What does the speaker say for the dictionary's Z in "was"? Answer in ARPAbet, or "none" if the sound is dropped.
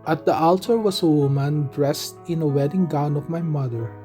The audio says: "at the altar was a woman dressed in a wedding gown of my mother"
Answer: S